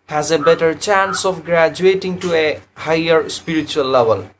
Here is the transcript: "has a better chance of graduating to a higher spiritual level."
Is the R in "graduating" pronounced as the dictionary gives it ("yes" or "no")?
yes